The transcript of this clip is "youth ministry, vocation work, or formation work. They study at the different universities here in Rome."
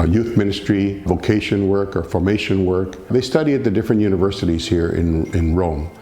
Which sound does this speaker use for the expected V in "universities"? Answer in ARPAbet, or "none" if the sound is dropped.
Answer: V